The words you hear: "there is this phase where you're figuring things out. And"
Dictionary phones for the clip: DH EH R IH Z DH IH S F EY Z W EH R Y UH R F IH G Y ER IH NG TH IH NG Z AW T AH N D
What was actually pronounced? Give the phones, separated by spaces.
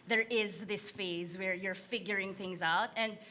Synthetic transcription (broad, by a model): DH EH R IH Z DH IH S F EY Z W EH R Y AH R F IH G Y ER IH NG TH IH NG Z AW T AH N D